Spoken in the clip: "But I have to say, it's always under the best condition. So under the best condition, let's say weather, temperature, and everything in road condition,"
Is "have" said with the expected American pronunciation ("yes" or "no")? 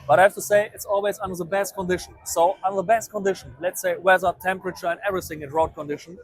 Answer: no